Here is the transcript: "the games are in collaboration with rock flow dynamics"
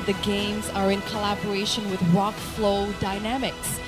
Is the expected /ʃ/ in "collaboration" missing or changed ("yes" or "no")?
no